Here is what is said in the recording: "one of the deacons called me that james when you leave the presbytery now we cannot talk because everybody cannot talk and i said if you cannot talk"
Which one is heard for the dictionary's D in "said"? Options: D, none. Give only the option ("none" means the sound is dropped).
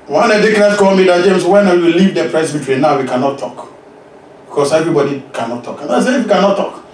none